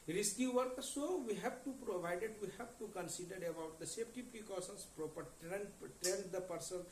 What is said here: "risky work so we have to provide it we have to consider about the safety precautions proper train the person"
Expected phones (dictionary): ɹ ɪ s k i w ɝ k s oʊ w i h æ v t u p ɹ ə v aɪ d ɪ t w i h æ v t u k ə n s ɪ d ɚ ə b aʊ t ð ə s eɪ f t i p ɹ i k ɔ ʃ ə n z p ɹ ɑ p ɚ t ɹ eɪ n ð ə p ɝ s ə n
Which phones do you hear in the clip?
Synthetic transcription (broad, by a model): ɹ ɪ s k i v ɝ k s oʊ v i h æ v t u p ɹ ə v aɪ d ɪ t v i h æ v t u k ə n s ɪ d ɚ ə b aʊ t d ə s eɪ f t i p ɹ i k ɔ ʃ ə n s p ɹ ɑ p ɚ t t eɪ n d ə p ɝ s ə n